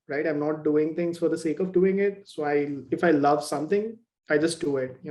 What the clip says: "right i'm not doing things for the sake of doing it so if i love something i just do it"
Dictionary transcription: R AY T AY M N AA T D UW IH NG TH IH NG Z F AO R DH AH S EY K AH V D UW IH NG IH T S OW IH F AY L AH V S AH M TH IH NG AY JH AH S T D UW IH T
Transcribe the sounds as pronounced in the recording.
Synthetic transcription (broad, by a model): R AY T AY M N AA T D UW IH NG T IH NG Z F AO R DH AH S EY K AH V D UW IH NG IH T S OW IH F AY L AH V S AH M T IH NG AY JH AH S T D UW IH T